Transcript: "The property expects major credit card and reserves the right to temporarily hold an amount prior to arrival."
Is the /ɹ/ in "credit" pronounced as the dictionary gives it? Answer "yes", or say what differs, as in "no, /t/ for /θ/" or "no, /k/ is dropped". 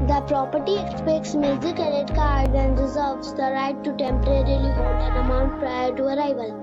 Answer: no, /ɹ/ is dropped